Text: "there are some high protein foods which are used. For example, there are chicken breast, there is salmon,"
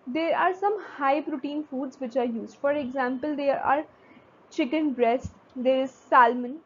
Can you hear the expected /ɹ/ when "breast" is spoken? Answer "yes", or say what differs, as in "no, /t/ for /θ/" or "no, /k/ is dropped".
yes